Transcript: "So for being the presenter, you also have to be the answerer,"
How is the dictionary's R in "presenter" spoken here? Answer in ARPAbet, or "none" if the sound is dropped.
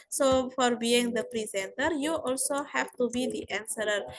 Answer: R